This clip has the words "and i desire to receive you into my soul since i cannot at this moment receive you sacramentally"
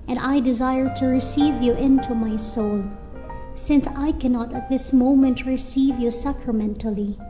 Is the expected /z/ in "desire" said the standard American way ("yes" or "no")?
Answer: yes